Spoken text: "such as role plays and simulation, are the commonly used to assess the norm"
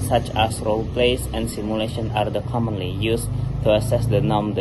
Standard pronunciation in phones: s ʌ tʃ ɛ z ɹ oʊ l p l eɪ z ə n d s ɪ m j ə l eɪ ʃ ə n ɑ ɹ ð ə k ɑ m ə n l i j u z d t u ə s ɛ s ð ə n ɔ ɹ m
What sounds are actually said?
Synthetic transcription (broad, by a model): s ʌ tʃ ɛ s ɹ oʊ l p l eɪ s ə n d s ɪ m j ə l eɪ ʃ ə n ɑ ɹ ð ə k ɑ m ə n l i j u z t u ə s ɛ s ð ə n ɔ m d